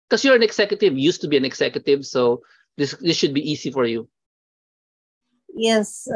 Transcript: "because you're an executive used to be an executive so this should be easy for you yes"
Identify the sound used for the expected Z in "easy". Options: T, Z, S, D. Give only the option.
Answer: S